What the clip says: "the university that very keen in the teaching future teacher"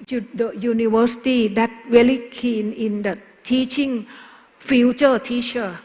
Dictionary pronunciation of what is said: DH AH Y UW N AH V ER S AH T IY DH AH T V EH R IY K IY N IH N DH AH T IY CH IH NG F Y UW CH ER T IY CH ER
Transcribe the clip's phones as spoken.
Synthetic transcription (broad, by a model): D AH Y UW N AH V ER S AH T IY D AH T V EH L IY K IY N IH N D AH T IY CH IH NG F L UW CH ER T IY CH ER